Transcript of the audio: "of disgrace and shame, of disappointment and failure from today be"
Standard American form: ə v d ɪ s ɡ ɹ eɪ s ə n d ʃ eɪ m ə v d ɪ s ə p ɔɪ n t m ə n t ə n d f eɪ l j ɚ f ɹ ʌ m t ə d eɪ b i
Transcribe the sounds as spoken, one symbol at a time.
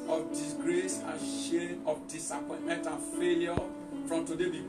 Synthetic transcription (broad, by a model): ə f d ɪ s ɡ ɹ eɪ s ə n ʃ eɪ ə f d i s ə p ɔɪ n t m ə n t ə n f eɪ l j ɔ f ɹ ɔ m t ə d eɪ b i